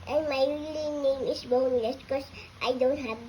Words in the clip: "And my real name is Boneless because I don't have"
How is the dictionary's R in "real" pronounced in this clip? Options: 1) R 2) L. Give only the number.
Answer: 2